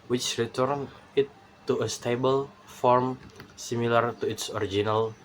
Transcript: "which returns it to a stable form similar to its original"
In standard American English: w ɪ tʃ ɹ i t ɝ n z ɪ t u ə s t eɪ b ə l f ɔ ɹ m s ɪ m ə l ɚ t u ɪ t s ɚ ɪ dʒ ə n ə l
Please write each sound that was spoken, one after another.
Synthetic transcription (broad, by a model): w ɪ tʃ ɹ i t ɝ n ɪ t u ə s t eɪ b ə l f ɔ ɹ m s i m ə l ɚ t u ɪ t s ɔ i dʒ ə n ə l